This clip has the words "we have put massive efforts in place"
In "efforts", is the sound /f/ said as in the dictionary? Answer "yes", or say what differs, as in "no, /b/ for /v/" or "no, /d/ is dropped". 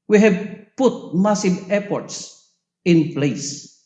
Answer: no, /p/ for /f/